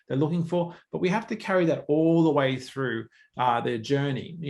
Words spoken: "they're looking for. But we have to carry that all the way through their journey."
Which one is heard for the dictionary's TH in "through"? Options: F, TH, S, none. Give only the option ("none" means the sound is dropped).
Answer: TH